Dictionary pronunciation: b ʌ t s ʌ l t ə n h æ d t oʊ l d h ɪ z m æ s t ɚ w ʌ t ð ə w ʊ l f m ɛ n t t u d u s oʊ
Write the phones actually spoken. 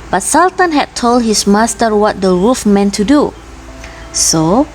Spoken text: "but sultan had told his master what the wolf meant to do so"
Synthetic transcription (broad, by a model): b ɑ t s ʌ l t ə n h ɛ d t oʊ l d h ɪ s m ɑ s t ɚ w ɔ t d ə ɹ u f m ɛ n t t u d u s oʊ